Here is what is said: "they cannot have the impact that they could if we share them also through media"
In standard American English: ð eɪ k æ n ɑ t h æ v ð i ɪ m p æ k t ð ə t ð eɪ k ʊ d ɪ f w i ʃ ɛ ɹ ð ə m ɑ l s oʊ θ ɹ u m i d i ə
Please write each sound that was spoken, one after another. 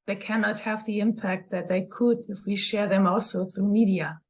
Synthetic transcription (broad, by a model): ð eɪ k æ n ɑ t h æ v ð i ɪ m p æ k t ð ə t ð eɪ k ʊ d ɪ f w i ʃ ɛ ɹ ð ə m ɑ l s oʊ θ ɹ u m i d i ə